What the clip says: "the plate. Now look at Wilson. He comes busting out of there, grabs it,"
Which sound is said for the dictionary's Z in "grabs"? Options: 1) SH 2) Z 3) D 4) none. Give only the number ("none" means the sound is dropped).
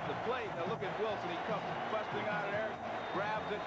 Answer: 2